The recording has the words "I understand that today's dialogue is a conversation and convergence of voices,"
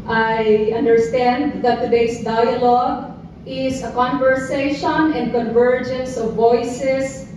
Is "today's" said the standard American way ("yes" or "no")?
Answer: no